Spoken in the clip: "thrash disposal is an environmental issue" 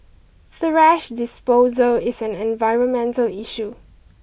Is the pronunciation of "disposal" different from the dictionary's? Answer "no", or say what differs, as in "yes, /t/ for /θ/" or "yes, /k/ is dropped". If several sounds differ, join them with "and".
no